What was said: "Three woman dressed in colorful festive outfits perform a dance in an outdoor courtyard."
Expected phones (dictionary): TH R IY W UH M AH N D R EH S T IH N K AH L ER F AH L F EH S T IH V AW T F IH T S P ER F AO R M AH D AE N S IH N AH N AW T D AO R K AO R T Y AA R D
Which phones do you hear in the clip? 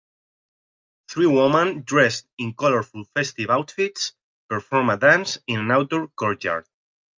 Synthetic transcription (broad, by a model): TH R IY W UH M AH N D R EH S T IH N K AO L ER F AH L F EH S T IH V AW T F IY T S P ER F AO R M AH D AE N S IH N AH N AW T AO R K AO R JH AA R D